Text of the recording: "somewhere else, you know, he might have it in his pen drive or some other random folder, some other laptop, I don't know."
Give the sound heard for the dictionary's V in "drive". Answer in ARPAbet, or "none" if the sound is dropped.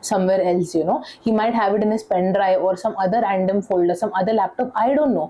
none